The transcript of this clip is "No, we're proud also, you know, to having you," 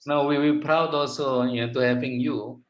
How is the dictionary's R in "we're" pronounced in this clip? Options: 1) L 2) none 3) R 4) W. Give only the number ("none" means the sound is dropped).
4